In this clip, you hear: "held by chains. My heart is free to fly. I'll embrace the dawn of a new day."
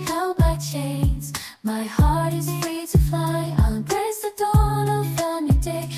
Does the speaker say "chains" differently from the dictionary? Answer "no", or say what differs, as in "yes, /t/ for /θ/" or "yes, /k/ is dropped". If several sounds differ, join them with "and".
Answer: no